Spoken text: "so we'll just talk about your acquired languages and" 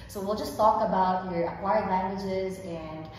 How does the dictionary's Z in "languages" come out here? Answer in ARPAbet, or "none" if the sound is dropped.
Z